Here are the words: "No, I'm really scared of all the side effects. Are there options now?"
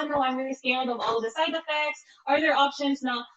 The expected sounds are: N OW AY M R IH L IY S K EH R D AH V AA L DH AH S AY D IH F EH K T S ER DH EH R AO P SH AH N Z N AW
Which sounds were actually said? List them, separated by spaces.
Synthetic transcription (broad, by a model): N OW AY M R IH L IY S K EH L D AH V AA L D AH S AY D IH F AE K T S ER DH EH R AO P SH AH N Z N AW